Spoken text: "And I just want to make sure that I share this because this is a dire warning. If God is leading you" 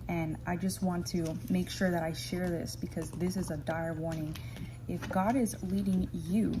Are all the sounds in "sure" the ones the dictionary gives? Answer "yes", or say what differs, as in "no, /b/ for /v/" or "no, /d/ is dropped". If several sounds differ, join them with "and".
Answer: yes